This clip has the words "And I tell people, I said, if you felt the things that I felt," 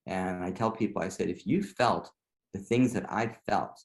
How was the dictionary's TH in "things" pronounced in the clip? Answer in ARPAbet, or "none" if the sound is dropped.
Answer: TH